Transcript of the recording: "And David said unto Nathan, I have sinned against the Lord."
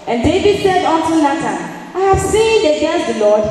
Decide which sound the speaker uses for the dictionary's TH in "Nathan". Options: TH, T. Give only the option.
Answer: T